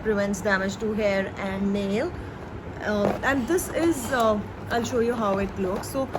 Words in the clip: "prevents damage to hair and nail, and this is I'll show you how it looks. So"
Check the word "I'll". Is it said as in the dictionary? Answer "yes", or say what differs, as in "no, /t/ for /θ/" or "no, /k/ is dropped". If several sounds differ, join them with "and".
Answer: yes